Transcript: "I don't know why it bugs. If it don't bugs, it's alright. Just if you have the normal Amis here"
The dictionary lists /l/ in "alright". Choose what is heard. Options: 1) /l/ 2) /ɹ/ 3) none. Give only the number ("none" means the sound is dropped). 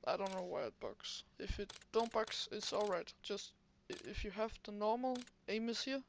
1